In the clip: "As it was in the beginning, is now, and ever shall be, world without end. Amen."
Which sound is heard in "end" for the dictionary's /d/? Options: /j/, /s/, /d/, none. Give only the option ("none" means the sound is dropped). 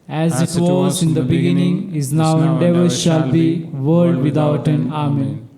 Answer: none